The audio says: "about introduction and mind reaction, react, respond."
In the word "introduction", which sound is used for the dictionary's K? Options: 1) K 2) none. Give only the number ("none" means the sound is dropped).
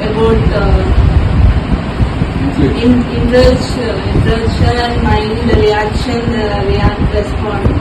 2